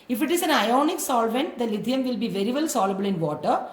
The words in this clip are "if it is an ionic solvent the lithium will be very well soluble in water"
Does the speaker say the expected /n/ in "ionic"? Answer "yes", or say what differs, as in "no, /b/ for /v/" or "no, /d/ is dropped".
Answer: yes